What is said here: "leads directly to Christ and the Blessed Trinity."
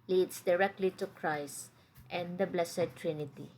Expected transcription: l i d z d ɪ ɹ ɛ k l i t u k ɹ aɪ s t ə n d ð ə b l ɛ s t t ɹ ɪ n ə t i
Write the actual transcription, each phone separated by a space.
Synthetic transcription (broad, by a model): l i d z d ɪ ɹ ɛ k l i t u k ɹ aɪ s t ə n d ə b l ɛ s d t ɹ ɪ n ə t i